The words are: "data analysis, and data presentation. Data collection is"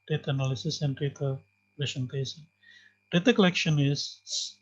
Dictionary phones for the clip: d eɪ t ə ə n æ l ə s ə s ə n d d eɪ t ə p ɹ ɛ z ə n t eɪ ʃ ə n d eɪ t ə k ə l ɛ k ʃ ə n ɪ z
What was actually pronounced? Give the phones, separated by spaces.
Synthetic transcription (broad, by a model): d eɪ t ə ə n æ l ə s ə s ə n d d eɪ t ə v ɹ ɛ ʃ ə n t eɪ s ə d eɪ t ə k ə l ɛ k ʃ ə n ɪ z